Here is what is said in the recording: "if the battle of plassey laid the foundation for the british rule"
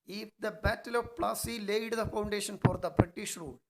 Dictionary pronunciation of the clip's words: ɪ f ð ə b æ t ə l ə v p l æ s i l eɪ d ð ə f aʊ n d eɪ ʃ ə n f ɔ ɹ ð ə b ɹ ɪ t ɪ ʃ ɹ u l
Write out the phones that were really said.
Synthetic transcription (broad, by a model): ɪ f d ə b æ t ə l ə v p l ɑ s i l eɪ d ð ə f aʊ n d eɪ ʃ ə n f ɔ ɹ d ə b ɹ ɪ t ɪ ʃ ɹ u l